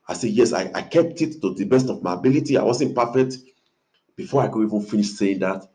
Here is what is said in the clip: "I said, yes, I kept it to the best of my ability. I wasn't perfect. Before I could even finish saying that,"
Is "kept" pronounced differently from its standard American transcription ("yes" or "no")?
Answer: no